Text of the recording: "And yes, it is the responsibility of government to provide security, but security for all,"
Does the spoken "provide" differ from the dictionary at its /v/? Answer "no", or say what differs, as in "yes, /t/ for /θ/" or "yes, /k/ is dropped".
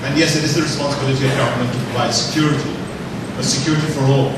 yes, /v/ is dropped